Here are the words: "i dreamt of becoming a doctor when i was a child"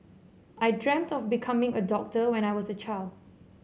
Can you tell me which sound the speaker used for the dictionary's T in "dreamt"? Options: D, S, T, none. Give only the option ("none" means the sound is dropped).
T